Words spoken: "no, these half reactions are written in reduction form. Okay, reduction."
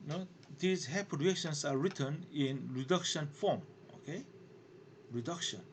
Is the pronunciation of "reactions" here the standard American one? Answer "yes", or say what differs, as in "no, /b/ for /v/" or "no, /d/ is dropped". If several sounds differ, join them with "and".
no, /s/ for /z/